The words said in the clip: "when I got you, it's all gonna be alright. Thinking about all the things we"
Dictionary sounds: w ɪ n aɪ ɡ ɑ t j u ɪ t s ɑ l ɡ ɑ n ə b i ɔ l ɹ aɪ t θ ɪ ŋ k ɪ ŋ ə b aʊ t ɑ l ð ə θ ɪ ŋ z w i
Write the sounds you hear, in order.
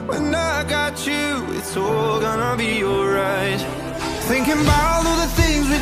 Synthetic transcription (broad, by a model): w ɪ n aɪ ɡ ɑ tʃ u ɪ t s ɑ l ɡ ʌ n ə b i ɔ ɹ aɪ t θ ɪ ŋ k ɪ ŋ b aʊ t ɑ ð ə θ ɪ ŋ z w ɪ